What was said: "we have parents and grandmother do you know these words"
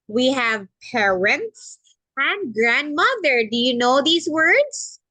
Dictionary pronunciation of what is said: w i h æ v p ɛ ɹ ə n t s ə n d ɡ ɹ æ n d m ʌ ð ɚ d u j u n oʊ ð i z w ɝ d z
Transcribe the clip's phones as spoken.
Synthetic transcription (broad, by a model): w i h æ v p ɛ ɹ ə n t s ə n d ɡ ɹ æ n d m ʌ ð ɚ d u j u n oʊ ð i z w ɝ d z